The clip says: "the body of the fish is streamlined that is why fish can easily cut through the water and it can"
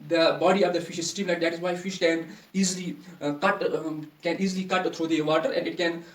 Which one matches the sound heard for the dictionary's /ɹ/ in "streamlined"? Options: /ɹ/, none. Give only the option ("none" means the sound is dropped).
none